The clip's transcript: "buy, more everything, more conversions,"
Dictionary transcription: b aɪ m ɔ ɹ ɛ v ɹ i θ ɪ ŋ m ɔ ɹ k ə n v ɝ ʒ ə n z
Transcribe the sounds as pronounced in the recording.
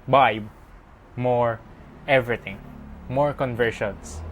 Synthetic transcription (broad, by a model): b aɪ m ɔ ɹ ɛ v ɹ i t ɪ ŋ m ɔ ɹ k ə n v ɝ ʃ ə n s